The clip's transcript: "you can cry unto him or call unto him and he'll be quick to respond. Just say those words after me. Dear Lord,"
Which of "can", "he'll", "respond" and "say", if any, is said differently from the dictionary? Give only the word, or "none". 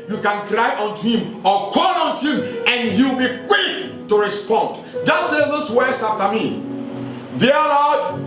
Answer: he'll